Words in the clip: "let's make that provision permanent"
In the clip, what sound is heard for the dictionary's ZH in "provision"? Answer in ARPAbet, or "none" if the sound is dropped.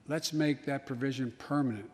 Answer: ZH